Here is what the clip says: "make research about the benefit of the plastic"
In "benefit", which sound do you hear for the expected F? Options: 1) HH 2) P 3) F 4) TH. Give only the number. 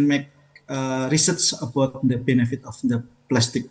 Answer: 3